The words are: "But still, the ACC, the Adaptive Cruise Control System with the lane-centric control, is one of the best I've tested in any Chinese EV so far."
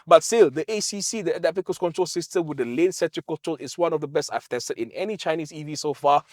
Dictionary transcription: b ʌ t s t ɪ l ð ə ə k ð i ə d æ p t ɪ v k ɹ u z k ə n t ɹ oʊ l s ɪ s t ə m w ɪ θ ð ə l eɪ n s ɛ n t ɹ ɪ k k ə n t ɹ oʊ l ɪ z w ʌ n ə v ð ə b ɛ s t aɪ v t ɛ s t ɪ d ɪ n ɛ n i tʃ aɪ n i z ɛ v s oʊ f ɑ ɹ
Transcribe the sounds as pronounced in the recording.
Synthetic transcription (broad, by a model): b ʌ t s t ɪ l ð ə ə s i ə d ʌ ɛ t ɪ f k u s k ə n t ɹ oʊ l s ɪ s t ə m w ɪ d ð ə l eɪ n s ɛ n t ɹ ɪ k k ə n t ɹ oʊ l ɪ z w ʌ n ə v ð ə b ɛ s t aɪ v t ɛ s t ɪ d ɪ n ɛ n i tʃ aɪ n i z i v s oʊ f ɑ